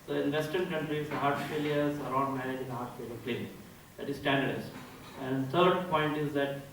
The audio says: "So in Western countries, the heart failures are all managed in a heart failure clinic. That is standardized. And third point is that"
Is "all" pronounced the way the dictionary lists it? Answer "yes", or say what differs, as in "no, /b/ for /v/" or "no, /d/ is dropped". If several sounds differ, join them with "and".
no, /n/ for /l/